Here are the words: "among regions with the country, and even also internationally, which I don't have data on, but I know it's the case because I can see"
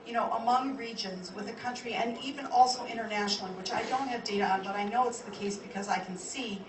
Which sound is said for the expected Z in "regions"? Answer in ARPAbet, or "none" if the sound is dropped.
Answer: Z